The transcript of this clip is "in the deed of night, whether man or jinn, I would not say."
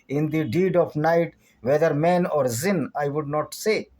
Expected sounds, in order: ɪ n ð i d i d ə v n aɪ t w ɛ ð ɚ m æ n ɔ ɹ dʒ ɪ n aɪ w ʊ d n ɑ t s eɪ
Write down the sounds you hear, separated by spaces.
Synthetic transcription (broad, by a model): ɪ n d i d i d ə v n aɪ t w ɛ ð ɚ m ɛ n ɔ ɹ z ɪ n aɪ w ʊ d n ɑ t s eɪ